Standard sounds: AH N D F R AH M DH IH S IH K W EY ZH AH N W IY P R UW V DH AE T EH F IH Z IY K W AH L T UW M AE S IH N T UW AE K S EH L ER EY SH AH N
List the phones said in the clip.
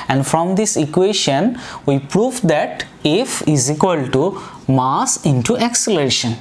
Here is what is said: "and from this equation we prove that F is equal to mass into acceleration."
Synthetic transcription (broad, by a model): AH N D F R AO M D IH S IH K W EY SH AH N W IY P R UW V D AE T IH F IH Z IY K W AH L T UW M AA S IH N T UW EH K S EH L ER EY SH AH N